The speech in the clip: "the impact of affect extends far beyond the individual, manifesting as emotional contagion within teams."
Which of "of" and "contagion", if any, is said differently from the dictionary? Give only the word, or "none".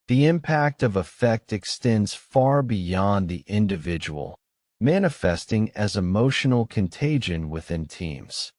none